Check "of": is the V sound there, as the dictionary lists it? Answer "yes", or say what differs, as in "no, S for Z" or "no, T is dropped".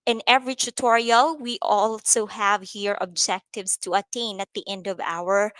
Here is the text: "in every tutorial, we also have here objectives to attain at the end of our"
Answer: yes